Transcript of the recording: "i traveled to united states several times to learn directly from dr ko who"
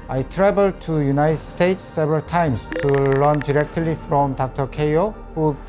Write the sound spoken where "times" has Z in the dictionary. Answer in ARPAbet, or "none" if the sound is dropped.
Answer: S